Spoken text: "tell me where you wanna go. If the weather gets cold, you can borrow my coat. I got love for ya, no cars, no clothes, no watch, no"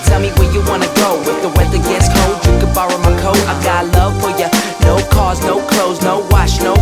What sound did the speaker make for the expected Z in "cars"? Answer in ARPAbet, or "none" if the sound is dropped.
Z